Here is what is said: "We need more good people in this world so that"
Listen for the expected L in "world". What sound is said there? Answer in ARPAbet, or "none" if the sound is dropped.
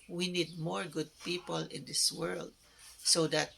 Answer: L